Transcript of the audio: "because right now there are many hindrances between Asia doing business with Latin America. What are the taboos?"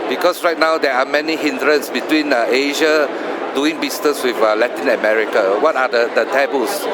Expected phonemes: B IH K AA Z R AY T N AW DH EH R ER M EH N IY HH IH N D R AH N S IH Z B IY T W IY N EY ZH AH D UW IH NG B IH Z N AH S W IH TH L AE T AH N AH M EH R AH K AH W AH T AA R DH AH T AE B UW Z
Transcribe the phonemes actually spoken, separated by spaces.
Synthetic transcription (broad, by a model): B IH K AA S R AY T N AW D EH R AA M EH N IY HH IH N D R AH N S B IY T W IY N EY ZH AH D UW IH NG B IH S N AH S W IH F L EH T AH N AH M EH R AH K AH W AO T AA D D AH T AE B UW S